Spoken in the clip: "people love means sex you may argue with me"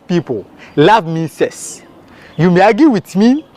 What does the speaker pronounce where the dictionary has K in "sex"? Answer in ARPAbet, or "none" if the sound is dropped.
none